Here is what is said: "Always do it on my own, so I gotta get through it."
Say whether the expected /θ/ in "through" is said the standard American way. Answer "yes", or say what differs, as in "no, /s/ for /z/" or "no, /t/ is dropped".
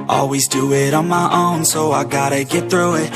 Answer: yes